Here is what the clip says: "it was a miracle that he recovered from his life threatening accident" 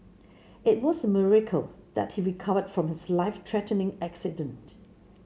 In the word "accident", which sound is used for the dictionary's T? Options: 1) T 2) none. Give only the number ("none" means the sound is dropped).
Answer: 1